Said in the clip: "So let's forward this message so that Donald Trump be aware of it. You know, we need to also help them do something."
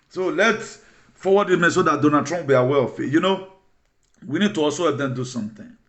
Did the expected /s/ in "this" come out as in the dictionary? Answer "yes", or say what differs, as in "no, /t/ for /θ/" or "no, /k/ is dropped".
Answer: no, /s/ is dropped